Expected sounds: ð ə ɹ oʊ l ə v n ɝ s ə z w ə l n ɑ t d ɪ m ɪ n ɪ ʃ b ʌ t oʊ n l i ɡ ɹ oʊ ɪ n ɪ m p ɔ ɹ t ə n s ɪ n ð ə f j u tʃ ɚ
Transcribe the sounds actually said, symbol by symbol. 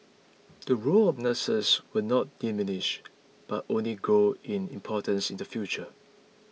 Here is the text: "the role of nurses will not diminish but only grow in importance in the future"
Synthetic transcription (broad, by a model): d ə ɹ oʊ l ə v n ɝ s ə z w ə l n ɑ t d ɪ m ɪ n ɪ ʃ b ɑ t oʊ n l i ɡ oʊ ɪ n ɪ m p ɔ t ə n s ɪ n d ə f j u tʃ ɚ